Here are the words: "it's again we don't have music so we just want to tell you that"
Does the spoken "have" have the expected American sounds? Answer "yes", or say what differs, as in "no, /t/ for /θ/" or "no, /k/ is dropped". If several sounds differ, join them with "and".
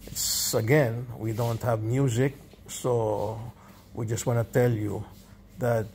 yes